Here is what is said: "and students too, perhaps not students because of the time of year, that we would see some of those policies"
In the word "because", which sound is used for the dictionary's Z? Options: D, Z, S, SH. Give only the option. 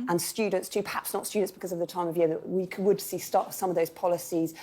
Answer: Z